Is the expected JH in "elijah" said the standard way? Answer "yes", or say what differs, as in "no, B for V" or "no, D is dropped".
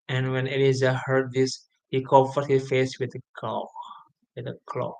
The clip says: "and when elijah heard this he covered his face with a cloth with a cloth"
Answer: no, Z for JH